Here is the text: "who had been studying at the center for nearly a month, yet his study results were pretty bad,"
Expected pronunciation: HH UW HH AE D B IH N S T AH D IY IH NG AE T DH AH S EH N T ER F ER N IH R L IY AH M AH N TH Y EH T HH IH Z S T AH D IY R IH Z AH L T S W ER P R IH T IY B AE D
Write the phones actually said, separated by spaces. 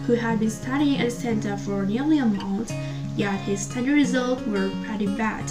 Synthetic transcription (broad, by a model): HH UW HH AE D B IH N S T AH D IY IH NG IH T S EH N T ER F ER N IH R L IY AH M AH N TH Y EH T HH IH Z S T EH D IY R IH Z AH L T W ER R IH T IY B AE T